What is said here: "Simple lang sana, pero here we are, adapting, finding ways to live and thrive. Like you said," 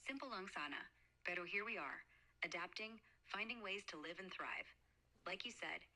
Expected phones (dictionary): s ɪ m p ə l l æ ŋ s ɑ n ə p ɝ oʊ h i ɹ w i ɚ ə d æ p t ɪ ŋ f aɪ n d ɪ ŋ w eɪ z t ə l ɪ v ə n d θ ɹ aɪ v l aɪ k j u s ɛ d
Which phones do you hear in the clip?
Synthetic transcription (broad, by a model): s ɪ m p l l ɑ ŋ s ɑ n ə b ɝ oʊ h i ɹ w i ɚ ə d æ p t ɪ ŋ f aɪ n d ɪ ŋ w eɪ z t ə l ɪ v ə n θ ɹ aɪ v l aɪ k j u s ɛ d